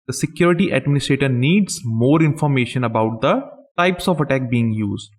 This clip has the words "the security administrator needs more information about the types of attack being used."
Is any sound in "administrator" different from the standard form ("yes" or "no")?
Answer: no